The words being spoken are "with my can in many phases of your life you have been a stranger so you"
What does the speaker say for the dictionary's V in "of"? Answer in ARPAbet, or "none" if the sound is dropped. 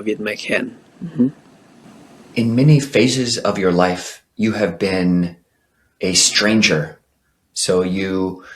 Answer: V